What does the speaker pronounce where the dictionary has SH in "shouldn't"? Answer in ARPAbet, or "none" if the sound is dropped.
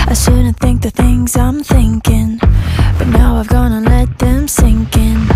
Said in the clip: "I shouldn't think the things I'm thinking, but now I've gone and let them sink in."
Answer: S